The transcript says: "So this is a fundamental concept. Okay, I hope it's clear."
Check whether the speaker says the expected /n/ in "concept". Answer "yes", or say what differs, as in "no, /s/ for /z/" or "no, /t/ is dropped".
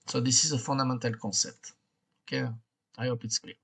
no, /n/ is dropped